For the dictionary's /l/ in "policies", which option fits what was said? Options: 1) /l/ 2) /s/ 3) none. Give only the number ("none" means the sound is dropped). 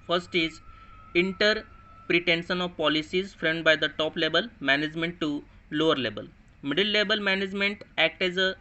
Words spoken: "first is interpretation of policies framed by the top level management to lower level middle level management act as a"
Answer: 1